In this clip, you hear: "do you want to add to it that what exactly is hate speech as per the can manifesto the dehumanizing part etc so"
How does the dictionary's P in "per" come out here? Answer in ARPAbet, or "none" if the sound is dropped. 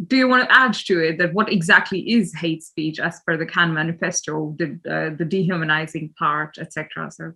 F